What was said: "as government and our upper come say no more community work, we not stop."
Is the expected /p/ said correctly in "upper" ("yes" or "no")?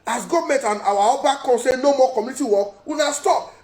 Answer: no